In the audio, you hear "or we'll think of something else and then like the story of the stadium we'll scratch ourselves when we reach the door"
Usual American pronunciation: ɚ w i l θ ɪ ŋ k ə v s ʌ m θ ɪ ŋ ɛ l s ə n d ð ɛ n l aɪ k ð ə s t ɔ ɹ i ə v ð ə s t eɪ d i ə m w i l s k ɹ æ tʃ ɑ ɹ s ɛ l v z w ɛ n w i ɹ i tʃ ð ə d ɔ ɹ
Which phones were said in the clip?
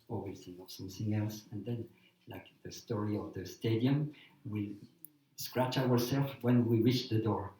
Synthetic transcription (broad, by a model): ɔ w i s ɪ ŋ ə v s ʌ m θ ɪ ŋ ɛ l s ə n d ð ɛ n l aɪ k ð ə s t ɔ ɹ i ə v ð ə s t eɪ d i ə m w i s k ɹ æ tʃ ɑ ɹ s ɛ l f w ɛ n w i ɹ i tʃ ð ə d ɔ ɹ